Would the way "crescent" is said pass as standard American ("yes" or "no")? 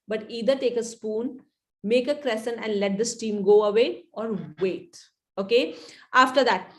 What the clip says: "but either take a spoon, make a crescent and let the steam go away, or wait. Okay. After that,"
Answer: no